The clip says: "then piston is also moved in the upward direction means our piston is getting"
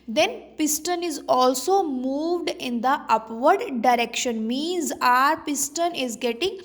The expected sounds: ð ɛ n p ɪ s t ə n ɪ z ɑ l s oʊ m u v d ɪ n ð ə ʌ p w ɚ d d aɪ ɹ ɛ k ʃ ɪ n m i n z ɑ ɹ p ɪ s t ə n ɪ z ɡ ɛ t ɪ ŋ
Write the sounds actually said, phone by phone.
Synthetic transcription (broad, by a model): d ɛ n p ɪ s t ə n ɪ z ɑ l s oʊ m u v d ɪ n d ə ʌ p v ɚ d d aɪ ɹ ɛ k ʃ ɪ n m i n z ɑ ɹ p ɪ s t ə n ɪ z ɡ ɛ t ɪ ŋ